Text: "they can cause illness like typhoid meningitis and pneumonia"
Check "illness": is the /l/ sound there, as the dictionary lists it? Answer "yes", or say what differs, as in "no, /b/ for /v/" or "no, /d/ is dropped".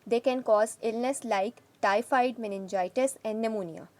yes